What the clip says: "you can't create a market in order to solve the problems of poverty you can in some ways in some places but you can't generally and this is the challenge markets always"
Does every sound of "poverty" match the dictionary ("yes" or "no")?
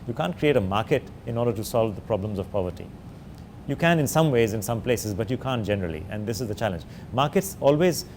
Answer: yes